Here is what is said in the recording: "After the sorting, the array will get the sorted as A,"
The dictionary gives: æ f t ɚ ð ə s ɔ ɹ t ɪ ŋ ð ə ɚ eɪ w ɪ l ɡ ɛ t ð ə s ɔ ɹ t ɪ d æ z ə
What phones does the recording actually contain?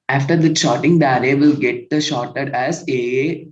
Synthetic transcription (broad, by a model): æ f t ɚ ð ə ʃ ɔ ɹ t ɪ ŋ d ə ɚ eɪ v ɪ l ɡ ɛ t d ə ʃ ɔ ɹ t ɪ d æ z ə